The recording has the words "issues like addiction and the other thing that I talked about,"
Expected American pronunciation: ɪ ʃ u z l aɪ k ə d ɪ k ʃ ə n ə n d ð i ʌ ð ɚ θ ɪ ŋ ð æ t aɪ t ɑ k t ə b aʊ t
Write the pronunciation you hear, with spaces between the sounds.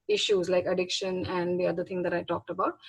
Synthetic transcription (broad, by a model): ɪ ʃ u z l aɪ k ə d ɪ k ʃ ə n ə n d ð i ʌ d ɚ t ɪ ŋ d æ t aɪ t ɑ k t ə b aʊ t